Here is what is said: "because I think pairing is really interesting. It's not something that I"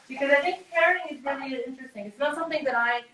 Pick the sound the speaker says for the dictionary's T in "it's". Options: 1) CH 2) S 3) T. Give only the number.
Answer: 3